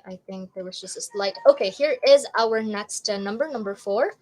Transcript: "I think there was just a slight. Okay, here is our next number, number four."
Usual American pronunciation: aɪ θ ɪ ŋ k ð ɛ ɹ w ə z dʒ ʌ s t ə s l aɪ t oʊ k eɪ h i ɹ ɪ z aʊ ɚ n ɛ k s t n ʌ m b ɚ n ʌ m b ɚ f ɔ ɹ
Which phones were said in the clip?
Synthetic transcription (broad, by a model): aɪ θ ɪ ŋ k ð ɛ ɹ w ə z dʒ ʌ s t ə s l aɪ t oʊ k eɪ h i ɹ ɪ z aʊ ɚ n ɛ k s t n ʌ m b ɚ n ʌ m b ɚ f ɔ ɹ